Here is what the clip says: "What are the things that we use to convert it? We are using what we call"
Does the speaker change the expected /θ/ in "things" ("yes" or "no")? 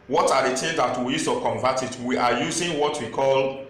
yes